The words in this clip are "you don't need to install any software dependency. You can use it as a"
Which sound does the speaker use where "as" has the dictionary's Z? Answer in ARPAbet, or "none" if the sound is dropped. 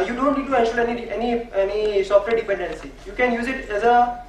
Z